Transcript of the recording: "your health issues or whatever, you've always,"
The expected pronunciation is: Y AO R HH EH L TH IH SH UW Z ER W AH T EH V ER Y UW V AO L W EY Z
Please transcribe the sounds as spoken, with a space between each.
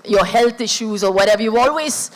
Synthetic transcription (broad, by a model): Y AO HH EH L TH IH SH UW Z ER W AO T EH V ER Y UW AO L W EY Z